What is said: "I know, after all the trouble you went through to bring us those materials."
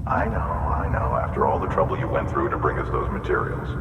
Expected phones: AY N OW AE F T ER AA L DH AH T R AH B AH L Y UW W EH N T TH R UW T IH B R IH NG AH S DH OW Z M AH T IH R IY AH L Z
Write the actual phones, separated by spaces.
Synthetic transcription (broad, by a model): AY N OW AE F T ER AA L DH AH T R AH B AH L Y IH W EH N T TH R UW T IH B R IH NG AH S DH OW Z M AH T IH R IY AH L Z